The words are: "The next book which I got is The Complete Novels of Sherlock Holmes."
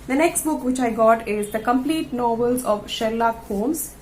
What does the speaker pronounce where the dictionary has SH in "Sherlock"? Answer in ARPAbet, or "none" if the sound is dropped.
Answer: SH